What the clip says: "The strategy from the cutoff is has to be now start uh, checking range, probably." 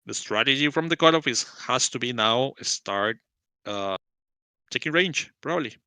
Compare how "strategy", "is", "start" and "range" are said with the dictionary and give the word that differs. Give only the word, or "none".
is